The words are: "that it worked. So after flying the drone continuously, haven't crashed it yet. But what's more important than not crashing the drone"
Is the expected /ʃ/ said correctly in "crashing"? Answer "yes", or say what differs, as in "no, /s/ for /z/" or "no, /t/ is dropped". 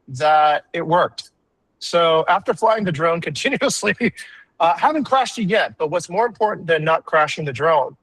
yes